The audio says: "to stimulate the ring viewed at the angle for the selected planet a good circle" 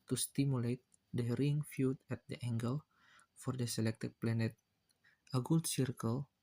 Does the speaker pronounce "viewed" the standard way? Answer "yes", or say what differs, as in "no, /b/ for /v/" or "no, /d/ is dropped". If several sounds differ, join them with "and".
no, /f/ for /v/